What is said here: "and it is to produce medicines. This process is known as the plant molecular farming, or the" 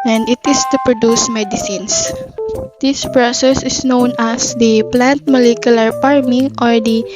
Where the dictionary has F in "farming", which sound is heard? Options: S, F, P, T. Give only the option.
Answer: P